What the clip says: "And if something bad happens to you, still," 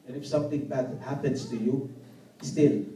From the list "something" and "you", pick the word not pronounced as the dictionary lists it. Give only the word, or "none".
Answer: something